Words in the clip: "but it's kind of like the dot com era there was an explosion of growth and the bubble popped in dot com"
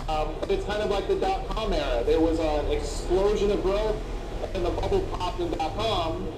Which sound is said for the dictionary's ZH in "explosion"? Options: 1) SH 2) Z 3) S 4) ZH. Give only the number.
4